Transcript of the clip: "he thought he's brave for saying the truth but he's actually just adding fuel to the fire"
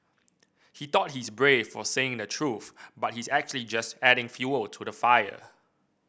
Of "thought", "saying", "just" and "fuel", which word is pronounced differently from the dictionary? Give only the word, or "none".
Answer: thought